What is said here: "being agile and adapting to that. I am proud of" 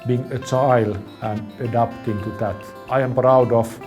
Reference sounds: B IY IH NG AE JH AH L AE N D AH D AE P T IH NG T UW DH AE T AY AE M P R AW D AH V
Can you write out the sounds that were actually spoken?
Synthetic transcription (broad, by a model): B IY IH NG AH CH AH L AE N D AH D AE P T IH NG T UW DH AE T AY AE M P R AW D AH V